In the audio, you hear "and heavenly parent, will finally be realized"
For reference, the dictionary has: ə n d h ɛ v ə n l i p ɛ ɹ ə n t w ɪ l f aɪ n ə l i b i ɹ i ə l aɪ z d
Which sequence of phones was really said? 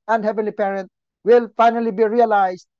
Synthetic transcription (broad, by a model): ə n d h ɛ v ə n l i p ɛ ɹ ə n t w ɪ l f aɪ n ə l i b i ɹ i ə l aɪ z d